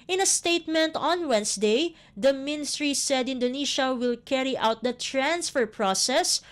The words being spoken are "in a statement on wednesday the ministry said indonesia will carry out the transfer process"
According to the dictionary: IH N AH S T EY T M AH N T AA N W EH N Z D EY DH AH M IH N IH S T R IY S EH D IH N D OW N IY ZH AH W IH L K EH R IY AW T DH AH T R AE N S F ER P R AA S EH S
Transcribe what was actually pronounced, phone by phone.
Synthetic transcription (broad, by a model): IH N AH S T EY T M AH N T AA N W EH N S D EY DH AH M IH N IH S T R IY S EH D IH N D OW N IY SH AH W IH L K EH R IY AW T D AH T R AE N S F ER P R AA S EH S